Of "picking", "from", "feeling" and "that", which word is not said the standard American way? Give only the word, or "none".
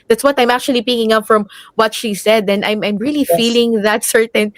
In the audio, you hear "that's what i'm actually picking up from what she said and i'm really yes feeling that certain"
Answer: none